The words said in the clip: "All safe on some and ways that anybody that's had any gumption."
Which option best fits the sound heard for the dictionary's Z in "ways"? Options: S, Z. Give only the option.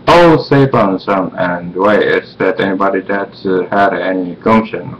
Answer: S